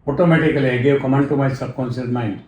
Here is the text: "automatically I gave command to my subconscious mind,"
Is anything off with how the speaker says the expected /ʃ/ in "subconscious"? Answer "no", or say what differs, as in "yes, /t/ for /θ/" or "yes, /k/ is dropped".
yes, /s/ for /ʃ/